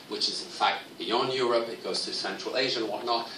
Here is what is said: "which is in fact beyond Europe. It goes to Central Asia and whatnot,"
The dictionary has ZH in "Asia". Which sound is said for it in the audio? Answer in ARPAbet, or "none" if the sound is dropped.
ZH